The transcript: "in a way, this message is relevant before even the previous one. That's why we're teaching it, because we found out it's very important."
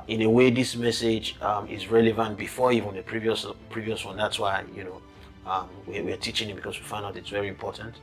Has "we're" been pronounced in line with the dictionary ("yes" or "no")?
no